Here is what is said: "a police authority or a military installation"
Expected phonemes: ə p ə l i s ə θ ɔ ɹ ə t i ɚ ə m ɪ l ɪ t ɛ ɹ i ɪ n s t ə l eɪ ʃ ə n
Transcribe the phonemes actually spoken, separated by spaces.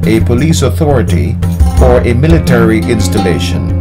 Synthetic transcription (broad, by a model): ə p ə l i s ə θ ɔ ɹ ə t i ɚ ə m ɪ l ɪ t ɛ ɹ i ɪ n s t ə l eɪ ʃ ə n